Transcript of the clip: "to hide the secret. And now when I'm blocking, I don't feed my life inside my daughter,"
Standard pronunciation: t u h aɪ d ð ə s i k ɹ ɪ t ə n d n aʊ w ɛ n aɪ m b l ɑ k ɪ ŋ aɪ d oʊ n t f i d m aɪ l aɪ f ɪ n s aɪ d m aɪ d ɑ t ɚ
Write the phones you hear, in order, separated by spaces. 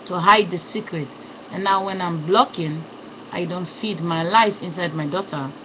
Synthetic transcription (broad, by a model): t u h aɪ d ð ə s i k ɹ ɪ t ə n n aʊ w ɛ n aɪ m b l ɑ k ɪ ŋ aɪ d oʊ n t f i d m aɪ l aɪ f ɪ n s aɪ d m aɪ d ɑ t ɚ